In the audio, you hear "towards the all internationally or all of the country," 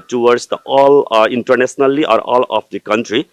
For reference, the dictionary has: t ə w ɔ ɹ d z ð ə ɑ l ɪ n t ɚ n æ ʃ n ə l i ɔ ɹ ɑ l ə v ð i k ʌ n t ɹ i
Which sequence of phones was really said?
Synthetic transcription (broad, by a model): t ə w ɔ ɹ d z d ɑ l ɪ n t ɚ n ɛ s n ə l i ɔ ɹ ɑ l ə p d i k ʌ n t ɹ i